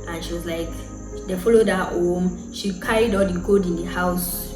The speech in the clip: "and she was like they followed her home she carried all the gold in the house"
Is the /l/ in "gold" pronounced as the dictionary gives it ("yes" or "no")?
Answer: no